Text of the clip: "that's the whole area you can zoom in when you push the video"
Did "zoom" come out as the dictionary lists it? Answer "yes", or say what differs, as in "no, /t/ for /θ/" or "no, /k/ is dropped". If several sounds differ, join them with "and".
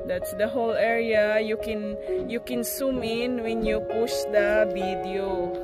no, /s/ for /z/